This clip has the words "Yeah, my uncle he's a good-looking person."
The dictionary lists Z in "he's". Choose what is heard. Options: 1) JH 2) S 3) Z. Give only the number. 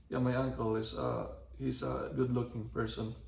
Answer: 2